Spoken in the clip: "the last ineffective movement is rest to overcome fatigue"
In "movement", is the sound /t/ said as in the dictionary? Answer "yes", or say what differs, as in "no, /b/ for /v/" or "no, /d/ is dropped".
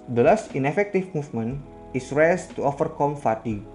no, /t/ is dropped